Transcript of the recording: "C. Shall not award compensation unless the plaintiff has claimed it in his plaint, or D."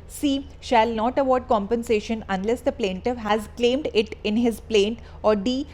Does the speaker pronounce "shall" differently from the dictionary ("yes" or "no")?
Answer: no